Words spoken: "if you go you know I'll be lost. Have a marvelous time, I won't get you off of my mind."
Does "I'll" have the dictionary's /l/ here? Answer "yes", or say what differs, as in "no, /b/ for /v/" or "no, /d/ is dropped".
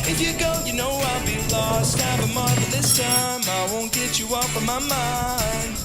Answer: yes